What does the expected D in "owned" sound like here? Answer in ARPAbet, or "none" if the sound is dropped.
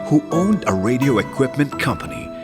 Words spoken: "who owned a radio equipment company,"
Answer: D